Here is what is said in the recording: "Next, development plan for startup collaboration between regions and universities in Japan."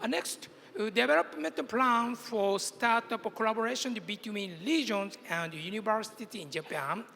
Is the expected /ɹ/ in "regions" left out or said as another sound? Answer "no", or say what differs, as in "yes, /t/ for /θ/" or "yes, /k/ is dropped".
yes, /l/ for /ɹ/